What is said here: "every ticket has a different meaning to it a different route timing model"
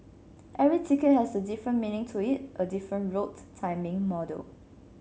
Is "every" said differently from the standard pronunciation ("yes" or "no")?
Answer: yes